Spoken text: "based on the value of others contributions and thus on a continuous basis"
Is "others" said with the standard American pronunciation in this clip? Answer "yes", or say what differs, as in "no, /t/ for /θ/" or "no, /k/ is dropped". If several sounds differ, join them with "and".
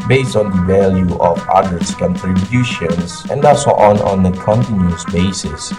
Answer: no, /s/ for /z/